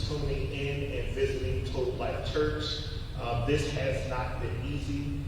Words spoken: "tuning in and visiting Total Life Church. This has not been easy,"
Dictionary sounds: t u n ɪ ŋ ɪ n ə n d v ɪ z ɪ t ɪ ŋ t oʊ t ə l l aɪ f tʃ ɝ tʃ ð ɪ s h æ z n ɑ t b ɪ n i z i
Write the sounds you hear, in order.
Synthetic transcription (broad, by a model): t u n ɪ ŋ ɪ n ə n v ɪ z ɪ t ɪ ŋ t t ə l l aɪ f tʃ ɝ tʃ ð ɪ s h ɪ z n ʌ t b ɪ n i z i